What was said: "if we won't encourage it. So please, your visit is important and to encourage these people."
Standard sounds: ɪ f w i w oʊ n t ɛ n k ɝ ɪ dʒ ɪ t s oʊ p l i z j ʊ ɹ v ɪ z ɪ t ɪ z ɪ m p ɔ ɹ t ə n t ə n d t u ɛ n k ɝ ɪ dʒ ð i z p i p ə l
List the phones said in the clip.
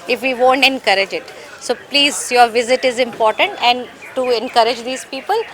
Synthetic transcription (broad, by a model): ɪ f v i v oʊ n t ɛ n k ɝ ɪ dʒ ɪ t s oʊ p l i z j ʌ ɹ v ɪ z ɪ t ɪ z ɪ m p ɔ ɹ t ə n t ə n d t u ɛ n k ɝ ɪ dʒ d i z p i p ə l